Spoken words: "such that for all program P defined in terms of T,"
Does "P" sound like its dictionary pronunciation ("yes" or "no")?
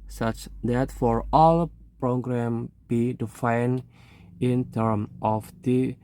no